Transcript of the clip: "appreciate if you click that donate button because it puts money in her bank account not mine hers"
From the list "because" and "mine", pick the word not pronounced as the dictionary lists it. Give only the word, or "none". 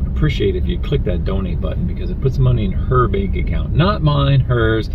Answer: none